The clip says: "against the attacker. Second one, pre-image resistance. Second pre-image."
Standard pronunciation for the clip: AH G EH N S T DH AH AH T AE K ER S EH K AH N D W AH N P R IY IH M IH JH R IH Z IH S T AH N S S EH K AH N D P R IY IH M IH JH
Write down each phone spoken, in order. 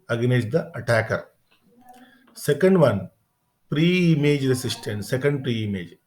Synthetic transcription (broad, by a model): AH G N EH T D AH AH T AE K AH S EH K AH N D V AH N P R IY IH M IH JH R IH S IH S T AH N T S EH K AH N D P R IY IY M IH JH